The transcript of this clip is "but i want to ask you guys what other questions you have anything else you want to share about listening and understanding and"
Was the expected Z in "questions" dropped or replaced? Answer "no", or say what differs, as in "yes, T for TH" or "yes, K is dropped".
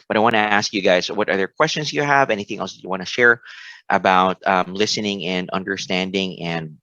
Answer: no